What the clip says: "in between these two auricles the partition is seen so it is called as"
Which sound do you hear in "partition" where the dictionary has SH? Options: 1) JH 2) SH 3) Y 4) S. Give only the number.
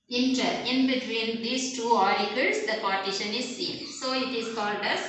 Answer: 2